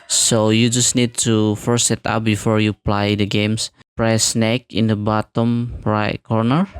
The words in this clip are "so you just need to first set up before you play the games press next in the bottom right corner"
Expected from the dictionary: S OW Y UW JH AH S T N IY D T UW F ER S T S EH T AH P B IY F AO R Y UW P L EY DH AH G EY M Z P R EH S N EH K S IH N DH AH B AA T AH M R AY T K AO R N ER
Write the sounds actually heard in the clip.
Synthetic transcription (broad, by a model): S OW Y UW JH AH S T N IY D T UW F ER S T S EH T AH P B IY F AO R Y UW P L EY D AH G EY M S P R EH S N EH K IH N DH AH B AA T AH M R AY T K AO R N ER